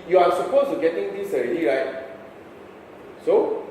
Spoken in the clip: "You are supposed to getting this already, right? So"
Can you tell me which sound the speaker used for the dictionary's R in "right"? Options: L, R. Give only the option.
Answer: R